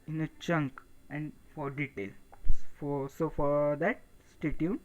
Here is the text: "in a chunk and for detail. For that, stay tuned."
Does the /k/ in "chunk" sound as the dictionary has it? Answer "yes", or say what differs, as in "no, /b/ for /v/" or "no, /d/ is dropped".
yes